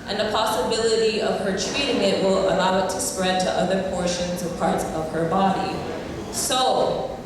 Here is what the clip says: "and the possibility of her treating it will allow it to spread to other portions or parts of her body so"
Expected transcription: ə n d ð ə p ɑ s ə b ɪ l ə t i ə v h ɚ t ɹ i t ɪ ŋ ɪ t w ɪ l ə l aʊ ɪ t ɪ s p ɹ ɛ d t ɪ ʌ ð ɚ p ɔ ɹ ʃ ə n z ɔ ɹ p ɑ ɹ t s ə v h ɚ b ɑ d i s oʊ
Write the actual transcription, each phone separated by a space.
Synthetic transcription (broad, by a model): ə n ð ə p ɑ s ə b ɪ l ə t i ə v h ɚ t ɹ i t ɪ ŋ ɪ t w ɪ l ə l aʊ ɪ t ɪ s p ɹ ɛ d t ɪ ʌ ð ɚ p ɔ ɹ ʃ ə n z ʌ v p ɑ ɹ t s ə v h ɚ b ɑ d i s oʊ